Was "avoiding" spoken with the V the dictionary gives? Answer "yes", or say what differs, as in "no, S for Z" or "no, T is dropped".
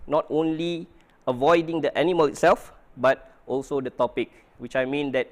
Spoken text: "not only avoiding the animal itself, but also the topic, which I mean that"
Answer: yes